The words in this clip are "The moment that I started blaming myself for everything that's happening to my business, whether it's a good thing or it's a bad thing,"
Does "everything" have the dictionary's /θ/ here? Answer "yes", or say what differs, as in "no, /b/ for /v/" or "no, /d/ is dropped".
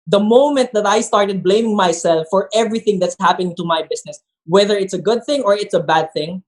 yes